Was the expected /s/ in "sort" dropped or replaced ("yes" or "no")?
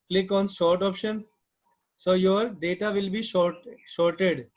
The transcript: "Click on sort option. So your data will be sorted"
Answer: yes